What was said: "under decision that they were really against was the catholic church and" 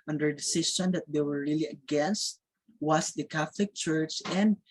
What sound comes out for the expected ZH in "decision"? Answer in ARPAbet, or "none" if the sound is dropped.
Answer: S